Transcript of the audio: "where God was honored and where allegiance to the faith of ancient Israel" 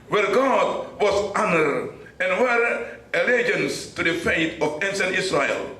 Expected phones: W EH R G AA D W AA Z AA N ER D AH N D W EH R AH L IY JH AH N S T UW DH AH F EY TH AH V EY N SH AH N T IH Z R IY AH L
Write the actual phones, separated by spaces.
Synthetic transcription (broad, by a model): W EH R G AA D W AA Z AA N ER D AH N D W EH R AH L IY JH AH N S T UW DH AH F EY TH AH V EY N S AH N IH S R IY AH L